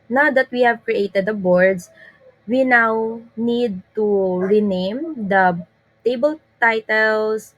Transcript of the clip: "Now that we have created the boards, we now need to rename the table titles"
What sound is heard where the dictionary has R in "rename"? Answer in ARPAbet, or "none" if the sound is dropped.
R